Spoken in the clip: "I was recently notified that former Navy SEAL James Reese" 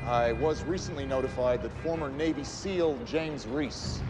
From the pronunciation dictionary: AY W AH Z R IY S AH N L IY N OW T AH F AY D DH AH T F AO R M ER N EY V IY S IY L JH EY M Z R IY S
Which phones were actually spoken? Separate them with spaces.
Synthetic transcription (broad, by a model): AY W AH Z R IY S AH N L IY N OW T AH F AY D DH AH T F AO R M ER N EY V IY S IY L JH EY M Z R IY S